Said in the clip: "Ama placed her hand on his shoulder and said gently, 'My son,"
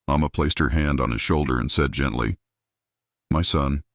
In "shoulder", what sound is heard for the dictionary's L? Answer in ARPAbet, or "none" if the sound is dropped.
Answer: L